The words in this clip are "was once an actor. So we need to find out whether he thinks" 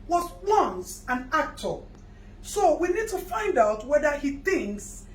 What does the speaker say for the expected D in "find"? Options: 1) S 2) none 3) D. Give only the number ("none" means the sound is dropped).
3